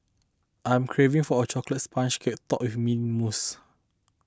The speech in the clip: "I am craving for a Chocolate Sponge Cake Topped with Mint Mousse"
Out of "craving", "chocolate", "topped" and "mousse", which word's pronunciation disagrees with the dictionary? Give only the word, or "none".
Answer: topped